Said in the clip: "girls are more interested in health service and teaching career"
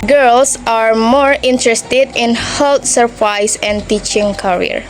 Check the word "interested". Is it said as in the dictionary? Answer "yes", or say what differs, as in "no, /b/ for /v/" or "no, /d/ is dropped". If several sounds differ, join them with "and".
yes